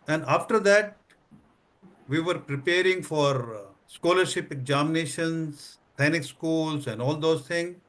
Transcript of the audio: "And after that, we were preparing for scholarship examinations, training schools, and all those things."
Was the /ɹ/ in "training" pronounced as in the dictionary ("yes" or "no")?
no